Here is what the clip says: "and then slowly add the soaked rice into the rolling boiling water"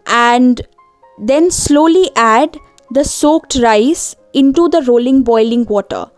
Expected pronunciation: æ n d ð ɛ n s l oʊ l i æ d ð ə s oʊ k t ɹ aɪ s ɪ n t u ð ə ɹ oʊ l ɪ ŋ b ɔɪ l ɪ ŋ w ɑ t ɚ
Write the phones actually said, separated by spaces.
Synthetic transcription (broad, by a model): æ n d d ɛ n s l oʊ l i æ d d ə s oʊ k t ɹ aɪ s ɪ n t u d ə ɹ oʊ l ɪ ŋ b ɔɪ l ɪ ŋ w ɑ t ɚ